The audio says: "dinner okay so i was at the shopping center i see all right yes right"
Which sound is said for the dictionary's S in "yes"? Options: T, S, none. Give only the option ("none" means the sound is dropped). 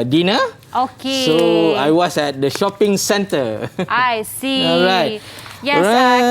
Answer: none